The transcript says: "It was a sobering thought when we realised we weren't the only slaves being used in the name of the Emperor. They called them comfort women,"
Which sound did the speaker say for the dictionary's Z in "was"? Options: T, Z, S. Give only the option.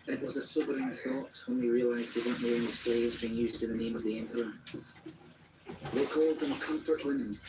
Z